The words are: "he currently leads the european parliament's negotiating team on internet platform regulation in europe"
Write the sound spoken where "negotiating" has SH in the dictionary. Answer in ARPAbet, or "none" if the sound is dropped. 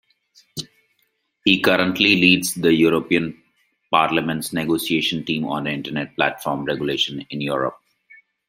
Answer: S